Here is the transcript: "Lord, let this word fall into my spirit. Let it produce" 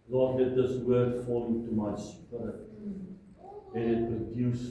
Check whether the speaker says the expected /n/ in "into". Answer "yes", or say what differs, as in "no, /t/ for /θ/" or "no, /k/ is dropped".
no, /n/ is dropped